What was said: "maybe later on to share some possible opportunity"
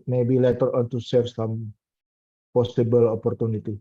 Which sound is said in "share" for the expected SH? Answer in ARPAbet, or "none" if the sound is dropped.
S